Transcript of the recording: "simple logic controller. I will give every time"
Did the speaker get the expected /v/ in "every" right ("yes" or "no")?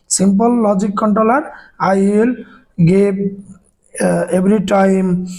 no